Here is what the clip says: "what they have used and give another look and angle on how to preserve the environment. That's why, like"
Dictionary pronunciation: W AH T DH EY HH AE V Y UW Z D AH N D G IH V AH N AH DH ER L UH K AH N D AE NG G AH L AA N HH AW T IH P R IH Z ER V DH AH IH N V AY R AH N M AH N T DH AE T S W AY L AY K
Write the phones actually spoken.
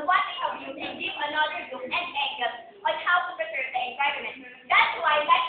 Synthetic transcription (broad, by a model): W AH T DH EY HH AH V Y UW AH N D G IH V AH N AH DH ER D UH AH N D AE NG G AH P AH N HH AW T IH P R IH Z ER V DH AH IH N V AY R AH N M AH N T DH AE T S W AY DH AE